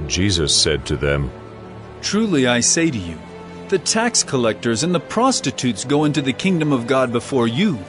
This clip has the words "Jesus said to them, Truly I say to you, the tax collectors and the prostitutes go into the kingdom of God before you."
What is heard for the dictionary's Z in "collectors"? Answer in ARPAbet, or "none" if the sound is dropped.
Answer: Z